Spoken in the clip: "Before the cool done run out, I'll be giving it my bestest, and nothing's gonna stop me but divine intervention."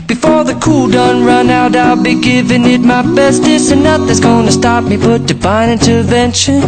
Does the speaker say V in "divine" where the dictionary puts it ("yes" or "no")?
no